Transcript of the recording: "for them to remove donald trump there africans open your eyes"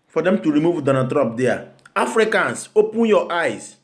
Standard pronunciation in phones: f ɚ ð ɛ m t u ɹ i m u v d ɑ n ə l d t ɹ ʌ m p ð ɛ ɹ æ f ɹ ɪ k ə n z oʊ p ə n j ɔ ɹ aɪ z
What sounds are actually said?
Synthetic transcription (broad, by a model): f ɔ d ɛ m t u ɹ i m u v d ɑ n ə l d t ɹ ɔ p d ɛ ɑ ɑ f ɹ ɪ k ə n s oʊ p ə n j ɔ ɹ aɪ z